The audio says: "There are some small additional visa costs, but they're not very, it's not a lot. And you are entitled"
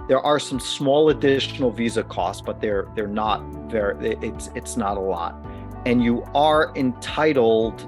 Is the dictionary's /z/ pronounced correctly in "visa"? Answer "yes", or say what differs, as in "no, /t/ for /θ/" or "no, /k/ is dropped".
yes